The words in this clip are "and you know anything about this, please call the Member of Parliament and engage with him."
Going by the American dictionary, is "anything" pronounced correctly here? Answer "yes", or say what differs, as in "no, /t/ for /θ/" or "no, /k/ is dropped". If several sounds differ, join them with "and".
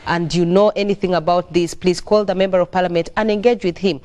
yes